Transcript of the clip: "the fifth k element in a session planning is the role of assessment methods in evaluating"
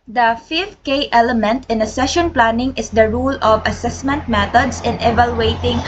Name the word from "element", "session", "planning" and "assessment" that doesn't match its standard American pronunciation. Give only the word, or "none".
none